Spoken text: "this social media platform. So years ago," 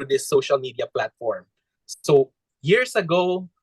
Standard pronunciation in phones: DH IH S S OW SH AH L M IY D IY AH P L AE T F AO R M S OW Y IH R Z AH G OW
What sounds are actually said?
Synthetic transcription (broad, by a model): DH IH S S OW SH AH L M IY D IY AH P L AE T F AO R M S OW Y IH R S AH G OW